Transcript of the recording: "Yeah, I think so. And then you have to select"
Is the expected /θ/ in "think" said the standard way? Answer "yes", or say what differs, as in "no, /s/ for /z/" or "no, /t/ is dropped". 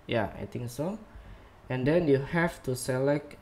no, /t/ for /θ/